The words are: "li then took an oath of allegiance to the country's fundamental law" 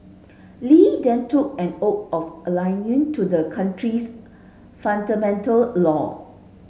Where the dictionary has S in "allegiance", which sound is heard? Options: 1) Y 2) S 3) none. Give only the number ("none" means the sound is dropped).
3